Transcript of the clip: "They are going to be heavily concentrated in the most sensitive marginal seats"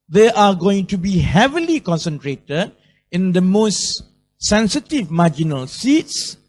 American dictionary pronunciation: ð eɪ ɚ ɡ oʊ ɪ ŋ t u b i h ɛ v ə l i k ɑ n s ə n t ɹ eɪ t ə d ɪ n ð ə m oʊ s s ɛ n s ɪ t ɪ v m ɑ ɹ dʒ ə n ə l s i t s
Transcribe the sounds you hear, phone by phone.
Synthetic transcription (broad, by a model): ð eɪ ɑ ɡ oʊ ɪ ŋ t u b i h ɛ v ə l i k ɑ n s ə n t ɹ eɪ t ə d ɪ n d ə m oʊ s s ɛ n s ɪ t ɪ v m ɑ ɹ dʒ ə n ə l s i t s